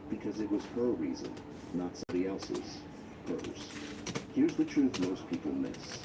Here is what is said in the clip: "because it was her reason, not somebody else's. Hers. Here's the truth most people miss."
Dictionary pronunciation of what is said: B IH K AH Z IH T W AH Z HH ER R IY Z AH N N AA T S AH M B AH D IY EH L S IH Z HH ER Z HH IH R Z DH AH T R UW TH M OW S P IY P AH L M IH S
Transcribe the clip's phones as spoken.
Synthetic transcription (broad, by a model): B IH K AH Z IH T W AH Z HH ER R IY Z AH N N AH T S AH M B AH D IY EH L S IH Z HH ER Z HH IH R Z DH AH T R UW TH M OW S P IY P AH L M IH S